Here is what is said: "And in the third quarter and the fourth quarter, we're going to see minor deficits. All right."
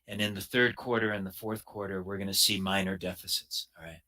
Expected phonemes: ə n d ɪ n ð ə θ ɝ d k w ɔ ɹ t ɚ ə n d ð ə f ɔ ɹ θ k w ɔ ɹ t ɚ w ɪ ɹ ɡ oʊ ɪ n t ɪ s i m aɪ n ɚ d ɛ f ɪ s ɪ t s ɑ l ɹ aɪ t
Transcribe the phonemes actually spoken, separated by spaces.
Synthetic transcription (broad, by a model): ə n ɪ n ð ə θ ɝ d k w ɔ ɹ t ɚ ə n ð ə f ɔ ɹ θ k w ɔ ɹ t ɚ w ɪ ɹ ɡ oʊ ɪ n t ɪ s i m aɪ n ɚ d ɛ f ɪ s ɪ t s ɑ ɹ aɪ t